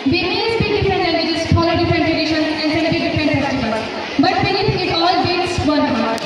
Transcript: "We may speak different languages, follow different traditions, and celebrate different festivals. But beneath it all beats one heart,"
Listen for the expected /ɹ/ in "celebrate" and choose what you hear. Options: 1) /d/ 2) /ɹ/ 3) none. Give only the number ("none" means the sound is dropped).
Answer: 3